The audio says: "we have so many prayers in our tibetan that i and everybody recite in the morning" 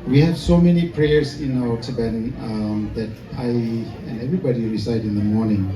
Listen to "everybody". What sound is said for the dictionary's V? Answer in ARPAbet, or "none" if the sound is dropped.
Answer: V